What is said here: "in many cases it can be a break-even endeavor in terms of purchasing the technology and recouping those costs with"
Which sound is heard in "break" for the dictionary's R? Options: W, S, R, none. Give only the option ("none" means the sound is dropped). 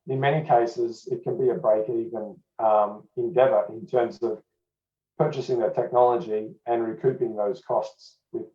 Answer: none